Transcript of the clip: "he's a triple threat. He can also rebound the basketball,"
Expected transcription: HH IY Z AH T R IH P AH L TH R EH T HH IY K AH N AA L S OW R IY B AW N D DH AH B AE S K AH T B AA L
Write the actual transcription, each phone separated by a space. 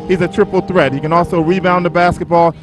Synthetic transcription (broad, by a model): HH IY Z AH T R IH P L TH R EH T HH IY K AH N AA L S OW R IY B AW N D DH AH B AE S K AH T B AA L